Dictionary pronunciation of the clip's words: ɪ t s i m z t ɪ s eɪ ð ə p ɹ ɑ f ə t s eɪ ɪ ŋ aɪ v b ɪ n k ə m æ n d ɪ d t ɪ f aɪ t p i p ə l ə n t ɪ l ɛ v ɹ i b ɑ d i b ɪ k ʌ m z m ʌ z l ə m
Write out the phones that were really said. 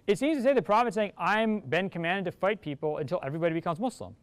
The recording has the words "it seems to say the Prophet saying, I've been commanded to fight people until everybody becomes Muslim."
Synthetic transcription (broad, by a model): ɪ t s i m z t ɪ s eɪ ð ə p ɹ ɑ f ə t s eɪ ɪ ŋ aɪ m b ɪ n k ə m æ n d ɪ d t ɪ f aɪ t p i p l ə n t ɪ l ɛ v ɹ i b ɑ d i b ɪ k ʌ m z m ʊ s l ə m